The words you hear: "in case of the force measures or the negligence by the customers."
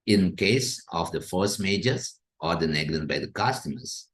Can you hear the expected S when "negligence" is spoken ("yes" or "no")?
no